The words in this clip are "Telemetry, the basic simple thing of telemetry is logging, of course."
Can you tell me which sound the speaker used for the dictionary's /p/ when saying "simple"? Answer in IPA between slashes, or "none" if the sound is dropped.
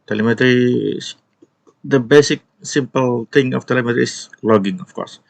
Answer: /p/